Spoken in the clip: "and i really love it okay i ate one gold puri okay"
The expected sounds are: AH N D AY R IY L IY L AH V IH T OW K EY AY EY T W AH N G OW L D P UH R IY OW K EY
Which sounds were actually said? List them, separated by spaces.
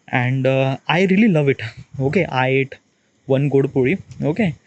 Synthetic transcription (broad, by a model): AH N D AY R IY L IY L AH V IH T OW K EY AY EY T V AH N G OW D P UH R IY OW K EY